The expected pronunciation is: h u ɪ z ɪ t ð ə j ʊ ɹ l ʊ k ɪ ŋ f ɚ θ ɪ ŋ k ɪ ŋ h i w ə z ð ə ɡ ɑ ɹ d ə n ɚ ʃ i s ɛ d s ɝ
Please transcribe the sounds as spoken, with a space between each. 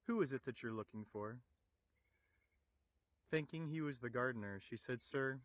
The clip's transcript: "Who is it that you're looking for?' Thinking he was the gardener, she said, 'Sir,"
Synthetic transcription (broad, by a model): h u ɪ z ɪ t ð ə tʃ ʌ ɹ l ʊ k ɪ ŋ f ɚ θ ɪ ŋ k ɪ ŋ i w ə z ð ə ɡ ɑ ɹ d n ɚ ʃ i s ɛ d s ɝ